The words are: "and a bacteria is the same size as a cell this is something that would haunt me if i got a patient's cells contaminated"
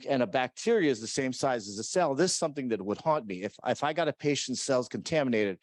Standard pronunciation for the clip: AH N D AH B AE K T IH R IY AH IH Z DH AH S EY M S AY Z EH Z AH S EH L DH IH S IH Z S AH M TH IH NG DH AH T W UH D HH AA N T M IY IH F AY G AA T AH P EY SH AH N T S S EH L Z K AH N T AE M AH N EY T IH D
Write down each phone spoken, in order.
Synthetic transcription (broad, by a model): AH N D AH B AE K T IH R IY AH IH Z DH AH S EY M S AY Z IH Z AH S EH L DH IH S S AH M TH IH NG DH AH T W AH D HH AA N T M IY IH F AY G AA T AH P EY SH N T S S EH L Z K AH N T AE M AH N EY T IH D